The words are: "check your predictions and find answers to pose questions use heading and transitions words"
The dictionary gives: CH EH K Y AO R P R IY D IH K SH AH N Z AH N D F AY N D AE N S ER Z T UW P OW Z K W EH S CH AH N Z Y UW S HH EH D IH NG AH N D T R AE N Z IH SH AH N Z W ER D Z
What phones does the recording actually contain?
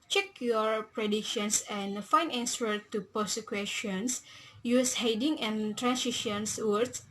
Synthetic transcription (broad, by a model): CH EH K Y AO R P R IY D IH K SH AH N S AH N F AY N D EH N S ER T UW P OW S K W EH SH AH N S Y UW S HH EH D IH NG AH N T R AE N S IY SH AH N S W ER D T